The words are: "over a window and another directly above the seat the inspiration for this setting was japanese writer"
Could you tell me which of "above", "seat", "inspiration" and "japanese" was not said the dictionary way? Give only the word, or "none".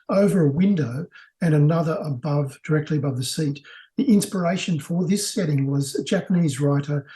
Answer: none